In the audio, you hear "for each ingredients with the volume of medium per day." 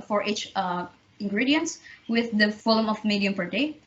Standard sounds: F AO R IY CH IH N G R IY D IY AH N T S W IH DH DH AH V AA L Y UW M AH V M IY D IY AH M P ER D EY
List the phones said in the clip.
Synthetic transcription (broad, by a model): F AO R IY CH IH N G R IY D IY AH N T S W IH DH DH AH F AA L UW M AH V M IY D IY AH M P ER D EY